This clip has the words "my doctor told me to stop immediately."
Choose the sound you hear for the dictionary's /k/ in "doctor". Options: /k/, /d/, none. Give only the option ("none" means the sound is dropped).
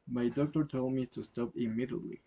/k/